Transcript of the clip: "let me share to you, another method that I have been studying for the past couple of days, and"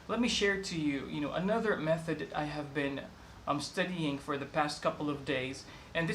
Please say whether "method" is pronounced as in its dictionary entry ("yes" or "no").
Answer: yes